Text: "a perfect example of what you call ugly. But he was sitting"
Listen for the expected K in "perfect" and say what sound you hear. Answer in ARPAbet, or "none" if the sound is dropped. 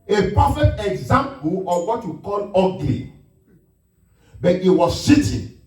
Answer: none